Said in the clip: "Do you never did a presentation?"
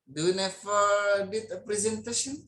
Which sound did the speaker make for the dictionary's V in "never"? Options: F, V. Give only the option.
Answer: F